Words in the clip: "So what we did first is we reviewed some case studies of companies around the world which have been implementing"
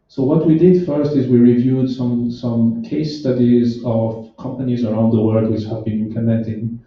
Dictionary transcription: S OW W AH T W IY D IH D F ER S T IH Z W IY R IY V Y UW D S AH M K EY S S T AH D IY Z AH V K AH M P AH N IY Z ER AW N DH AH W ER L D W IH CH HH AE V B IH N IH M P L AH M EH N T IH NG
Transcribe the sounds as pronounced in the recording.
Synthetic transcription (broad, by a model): S OW W AH T W IY D IH D F ER S T IH Z W IY R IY V Y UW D S AH M K EY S S T AH D IY Z AH V K AH M P AH N IY Z ER AW N DH AH W ER L D W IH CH HH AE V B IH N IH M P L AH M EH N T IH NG